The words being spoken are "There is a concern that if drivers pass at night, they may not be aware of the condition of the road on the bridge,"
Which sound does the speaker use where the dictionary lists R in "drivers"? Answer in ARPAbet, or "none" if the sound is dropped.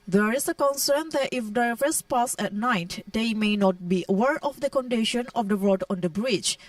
none